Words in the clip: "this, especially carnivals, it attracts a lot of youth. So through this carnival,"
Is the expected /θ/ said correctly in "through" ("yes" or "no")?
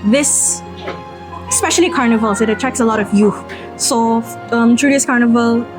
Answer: no